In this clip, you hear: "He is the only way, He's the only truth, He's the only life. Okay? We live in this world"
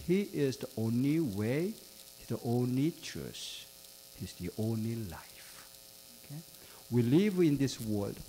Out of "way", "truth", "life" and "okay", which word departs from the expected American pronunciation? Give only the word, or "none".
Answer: truth